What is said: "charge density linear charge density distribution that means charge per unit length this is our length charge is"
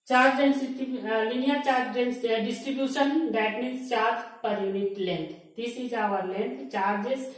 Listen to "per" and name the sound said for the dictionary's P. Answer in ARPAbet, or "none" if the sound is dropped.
P